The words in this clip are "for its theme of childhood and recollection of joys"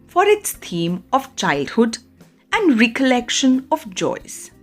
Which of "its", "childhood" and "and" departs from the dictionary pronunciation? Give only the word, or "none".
none